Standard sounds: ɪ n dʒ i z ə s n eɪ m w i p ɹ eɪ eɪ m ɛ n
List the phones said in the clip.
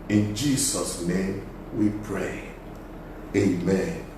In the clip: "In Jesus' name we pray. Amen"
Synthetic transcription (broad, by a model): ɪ n dʒ i s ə s n eɪ m w i p ɹ eɪ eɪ m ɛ n